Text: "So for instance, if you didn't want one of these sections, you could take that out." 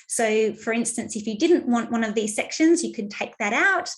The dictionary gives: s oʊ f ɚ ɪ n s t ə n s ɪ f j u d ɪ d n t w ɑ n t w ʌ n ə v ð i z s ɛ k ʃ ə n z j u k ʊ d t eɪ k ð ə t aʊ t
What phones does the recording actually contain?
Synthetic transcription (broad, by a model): s oʊ f ɚ ɪ n s t ə n s ɪ f j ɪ d ɪ d n t w ɑ n t w ʌ n ə v ð i z s ɛ k ʃ ə n z j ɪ k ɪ d t eɪ k ð ə t aʊ t